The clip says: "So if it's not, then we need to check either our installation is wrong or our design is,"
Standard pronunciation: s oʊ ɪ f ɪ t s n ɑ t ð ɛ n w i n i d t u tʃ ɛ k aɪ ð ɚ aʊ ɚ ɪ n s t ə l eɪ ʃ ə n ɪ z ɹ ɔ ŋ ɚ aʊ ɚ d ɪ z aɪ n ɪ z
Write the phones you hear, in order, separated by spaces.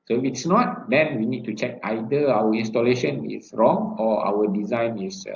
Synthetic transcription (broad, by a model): s oʊ ɪ f ɪ t s n ɑ t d ɛ n w i n i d t u tʃ ɛ k aɪ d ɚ aʊ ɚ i n s t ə l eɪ ʃ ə n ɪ s ɹ ɔ ŋ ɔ aʊ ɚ d ɪ z aɪ n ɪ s